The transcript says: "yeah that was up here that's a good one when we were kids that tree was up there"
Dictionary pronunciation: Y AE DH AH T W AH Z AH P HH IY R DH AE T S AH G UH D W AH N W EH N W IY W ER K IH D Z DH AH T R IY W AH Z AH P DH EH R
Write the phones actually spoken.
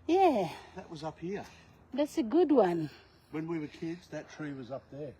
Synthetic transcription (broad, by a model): Y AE DH AH T W AH Z AH P HH IY R DH AE T S AH G UH D W AH N W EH N W IY W ER K IH D Z DH AH T R IY W AH Z AH P DH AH R